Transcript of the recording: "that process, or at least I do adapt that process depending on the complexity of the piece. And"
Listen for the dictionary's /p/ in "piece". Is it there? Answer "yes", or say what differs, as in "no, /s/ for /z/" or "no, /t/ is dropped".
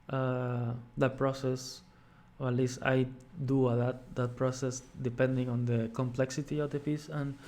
no, /f/ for /p/